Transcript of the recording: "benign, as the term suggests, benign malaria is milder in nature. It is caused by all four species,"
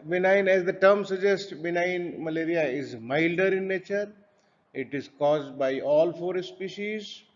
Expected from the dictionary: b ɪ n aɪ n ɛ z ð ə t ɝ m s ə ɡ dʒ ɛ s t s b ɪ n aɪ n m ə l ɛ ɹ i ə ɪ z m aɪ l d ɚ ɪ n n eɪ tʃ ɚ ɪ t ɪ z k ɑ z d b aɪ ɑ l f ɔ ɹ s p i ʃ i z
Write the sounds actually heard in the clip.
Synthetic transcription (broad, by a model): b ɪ n aɪ n ɛ z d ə t ɝ m s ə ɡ dʒ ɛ s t b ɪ n aɪ n m ə l ɛ ɹ i ə ɪ z m aɪ l d ɚ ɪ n n eɪ tʃ ɚ ɪ t ɪ z k ɑ z d b aɪ ɑ l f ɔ ɹ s p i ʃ i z